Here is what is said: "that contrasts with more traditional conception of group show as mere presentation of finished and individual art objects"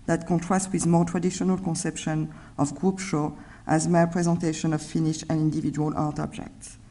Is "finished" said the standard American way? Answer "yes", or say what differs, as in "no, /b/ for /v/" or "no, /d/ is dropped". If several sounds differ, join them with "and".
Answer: no, /t/ is dropped